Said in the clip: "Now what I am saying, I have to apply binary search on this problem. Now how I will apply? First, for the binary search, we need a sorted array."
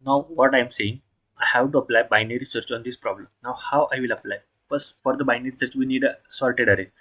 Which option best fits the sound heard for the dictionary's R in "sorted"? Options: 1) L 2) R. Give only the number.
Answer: 1